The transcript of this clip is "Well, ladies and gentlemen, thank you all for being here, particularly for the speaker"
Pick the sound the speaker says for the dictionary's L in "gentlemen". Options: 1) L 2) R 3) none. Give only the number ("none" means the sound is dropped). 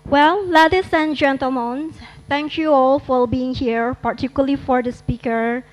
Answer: 1